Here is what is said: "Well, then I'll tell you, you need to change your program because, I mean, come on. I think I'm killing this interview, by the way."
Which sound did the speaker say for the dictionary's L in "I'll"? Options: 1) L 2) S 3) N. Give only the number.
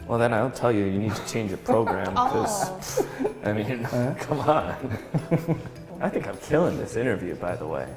3